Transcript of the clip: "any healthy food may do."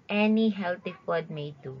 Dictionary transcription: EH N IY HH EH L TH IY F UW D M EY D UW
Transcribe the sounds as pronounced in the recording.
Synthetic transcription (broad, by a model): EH N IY HH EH L T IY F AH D M EY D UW